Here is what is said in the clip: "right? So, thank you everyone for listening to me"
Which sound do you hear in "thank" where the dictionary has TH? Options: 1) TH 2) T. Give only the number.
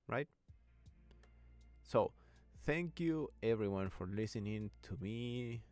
1